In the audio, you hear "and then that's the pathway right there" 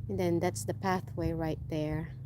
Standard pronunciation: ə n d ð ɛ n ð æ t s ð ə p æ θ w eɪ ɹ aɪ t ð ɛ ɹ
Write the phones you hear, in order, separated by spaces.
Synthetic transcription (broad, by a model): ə n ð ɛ n ð æ t s ð ə p æ θ w eɪ ɹ aɪ t ð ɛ ɹ